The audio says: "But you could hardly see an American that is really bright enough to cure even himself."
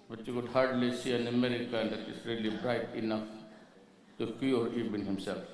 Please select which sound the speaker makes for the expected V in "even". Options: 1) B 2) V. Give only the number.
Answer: 1